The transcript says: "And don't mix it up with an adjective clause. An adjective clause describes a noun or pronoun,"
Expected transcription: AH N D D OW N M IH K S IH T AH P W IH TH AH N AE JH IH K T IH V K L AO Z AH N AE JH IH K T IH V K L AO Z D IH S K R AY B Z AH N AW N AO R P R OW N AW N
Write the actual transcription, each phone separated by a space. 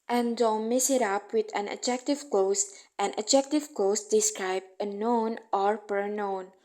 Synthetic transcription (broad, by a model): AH N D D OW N M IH S IH T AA P W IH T AH N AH JH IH K T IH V K L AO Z AH N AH JH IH K T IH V K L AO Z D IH S K R AY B AH N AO N AO R P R N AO N